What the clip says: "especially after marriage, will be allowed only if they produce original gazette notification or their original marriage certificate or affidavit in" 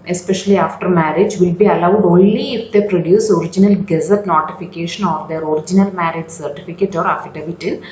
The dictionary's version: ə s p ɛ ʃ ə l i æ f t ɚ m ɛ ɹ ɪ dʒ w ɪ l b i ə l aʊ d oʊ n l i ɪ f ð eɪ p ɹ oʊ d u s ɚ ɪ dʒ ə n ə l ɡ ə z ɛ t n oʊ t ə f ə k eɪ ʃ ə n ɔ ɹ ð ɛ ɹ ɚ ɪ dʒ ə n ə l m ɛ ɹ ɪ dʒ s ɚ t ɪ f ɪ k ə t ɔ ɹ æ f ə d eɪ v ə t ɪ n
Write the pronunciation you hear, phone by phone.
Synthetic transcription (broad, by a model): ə s p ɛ ʃ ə l i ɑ f t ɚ m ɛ ɹ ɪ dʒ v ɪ l b i ə l aʊ d oʊ n l i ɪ f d eɪ p ɹ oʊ d u s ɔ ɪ dʒ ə n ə l ɡ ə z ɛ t n oʊ t ə f ə k eɪ ʃ ə n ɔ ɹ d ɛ ɹ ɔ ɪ dʒ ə n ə l m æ ɹ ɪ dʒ s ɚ t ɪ f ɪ k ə t ɔ ɹ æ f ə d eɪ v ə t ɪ